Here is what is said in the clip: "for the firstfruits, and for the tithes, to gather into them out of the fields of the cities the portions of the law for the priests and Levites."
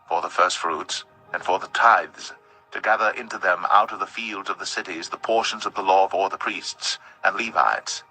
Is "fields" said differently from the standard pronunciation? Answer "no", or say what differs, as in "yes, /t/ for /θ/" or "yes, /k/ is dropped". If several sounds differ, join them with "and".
no